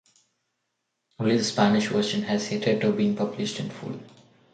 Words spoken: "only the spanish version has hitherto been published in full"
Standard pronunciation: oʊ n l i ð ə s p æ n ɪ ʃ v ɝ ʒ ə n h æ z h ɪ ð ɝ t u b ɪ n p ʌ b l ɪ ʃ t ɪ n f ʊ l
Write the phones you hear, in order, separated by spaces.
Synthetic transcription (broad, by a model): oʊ l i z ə s p æ n ɪ ʃ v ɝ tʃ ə n h æ z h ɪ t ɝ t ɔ b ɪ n p ʌ b l ɪ ʃ t ɪ n f ʊ l